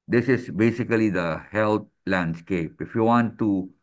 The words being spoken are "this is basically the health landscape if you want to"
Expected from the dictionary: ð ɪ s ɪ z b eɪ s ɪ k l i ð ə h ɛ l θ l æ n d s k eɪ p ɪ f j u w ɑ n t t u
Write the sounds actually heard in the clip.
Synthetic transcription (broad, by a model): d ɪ s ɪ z b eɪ s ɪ k l i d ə h ɛ l t l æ n d s k eɪ p ɪ f j u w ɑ n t t u